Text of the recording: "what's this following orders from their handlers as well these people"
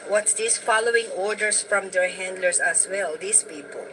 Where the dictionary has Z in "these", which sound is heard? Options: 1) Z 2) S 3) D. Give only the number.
2